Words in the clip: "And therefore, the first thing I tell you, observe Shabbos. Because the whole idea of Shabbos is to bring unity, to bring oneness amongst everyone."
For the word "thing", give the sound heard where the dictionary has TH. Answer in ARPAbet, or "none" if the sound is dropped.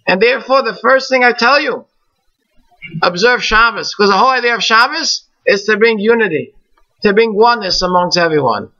TH